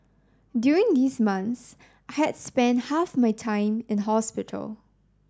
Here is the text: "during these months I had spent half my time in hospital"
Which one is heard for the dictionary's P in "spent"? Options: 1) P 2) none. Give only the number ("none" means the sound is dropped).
1